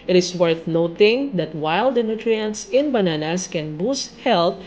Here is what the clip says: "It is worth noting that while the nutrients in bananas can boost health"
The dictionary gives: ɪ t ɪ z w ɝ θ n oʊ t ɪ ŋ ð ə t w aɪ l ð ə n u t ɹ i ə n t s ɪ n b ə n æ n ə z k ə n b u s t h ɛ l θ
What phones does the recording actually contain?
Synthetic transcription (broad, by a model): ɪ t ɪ s w ɝ θ n oʊ t ɪ ŋ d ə t w aɪ l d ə n u t ɹ i ə n t s ɪ n b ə n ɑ n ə s k ə n b u s t h ɛ l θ